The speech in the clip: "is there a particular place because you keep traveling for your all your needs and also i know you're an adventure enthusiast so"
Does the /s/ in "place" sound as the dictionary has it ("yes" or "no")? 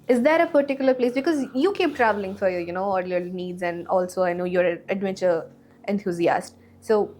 yes